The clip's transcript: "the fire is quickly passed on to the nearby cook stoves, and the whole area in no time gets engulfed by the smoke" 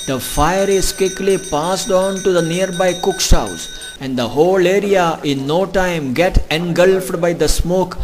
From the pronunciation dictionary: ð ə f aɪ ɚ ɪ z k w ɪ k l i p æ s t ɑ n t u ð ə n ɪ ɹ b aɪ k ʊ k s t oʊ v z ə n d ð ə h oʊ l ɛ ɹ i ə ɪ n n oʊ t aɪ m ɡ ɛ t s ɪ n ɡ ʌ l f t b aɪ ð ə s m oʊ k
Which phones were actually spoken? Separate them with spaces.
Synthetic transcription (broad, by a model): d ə f aɪ ɚ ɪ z k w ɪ k l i p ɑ s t ɑ n t u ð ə n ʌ ɹ b aɪ k ʊ k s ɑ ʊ z ə n d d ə h oʊ l ɛ ɹ i ə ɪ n n oʊ t aɪ m ɡ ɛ t ɪ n ɡ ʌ l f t b aɪ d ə s m oʊ k